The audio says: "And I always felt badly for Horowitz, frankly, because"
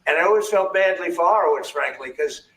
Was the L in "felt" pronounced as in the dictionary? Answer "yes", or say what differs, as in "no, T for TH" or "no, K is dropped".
yes